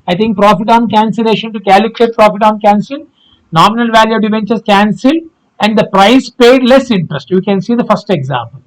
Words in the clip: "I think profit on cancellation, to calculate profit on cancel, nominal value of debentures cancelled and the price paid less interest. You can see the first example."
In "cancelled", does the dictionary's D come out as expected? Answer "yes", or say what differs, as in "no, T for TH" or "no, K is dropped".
no, D is dropped